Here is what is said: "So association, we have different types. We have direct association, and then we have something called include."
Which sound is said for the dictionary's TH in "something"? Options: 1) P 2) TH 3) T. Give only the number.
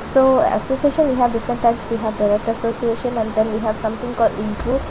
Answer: 3